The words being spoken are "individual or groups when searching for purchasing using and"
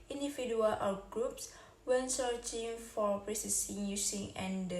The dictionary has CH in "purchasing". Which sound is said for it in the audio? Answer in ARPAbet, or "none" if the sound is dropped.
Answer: S